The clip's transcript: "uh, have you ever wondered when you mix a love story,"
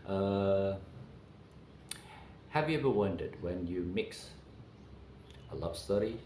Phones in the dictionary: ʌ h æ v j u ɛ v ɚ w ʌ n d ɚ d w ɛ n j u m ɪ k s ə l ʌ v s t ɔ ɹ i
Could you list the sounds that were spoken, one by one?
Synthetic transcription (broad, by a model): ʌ h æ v j u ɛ v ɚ w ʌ n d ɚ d w ɛ n j u m ɪ k s ə l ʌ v s t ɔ ɹ i